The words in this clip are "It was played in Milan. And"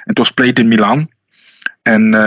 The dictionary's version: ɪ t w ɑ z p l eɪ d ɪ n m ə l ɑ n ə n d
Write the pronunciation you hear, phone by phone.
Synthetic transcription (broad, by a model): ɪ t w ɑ s p l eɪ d ɪ n m ə l ɑ n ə n